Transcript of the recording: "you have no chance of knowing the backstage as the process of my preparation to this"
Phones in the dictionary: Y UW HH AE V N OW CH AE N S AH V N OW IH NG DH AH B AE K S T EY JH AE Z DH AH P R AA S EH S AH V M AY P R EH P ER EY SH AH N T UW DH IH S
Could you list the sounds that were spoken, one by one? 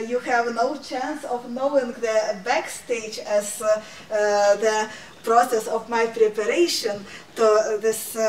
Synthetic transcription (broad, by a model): Y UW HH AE V N OW CH AE N S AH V N OW IH NG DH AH B AE K S T EY JH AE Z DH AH P R AA S EH S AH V M AY P R EH P ER EY SH AH N T UW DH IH S